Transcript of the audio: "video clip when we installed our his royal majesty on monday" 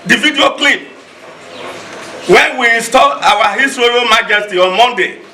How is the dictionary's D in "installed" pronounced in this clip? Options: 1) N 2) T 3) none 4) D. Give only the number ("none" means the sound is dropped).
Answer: 3